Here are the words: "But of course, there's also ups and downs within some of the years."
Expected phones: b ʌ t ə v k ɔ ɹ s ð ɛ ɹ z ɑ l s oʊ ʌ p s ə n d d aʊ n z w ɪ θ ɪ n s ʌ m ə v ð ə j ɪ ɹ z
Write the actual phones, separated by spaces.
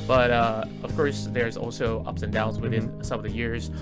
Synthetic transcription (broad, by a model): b ʌ t ə v k ɔ ɹ s ð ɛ ɹ z ɑ l s oʊ ʌ p s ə n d d aʊ n z w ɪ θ ɪ n s ʌ m ə v ð ə j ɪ ɹ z